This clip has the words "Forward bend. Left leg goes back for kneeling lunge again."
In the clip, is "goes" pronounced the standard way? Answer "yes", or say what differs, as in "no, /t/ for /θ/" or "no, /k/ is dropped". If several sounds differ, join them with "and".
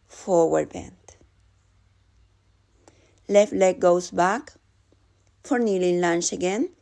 no, /s/ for /z/